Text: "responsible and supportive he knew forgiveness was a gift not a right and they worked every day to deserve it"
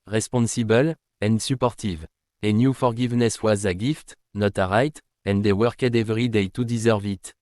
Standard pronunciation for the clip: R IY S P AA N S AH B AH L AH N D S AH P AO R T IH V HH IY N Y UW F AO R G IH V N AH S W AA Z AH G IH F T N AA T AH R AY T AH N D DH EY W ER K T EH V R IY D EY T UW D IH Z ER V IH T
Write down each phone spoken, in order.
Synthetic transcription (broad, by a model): R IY S P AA N S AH B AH L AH N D S AH P AO R T IH V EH N Y UW F AO R G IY V N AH S W AA Z AH G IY F T N AA T AH R AY T AH N D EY W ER K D EH V R IY D EY T UW D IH Z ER V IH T